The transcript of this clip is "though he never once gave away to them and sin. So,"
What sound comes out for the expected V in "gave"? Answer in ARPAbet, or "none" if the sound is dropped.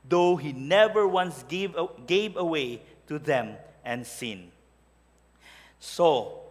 V